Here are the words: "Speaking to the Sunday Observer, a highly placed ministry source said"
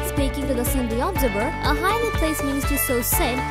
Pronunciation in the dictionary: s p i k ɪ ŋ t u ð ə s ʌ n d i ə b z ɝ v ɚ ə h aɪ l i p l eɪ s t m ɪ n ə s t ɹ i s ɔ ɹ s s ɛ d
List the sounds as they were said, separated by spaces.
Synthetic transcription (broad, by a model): s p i k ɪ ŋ t u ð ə s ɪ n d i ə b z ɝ b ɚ ə h aɪ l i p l eɪ s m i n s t i s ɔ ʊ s s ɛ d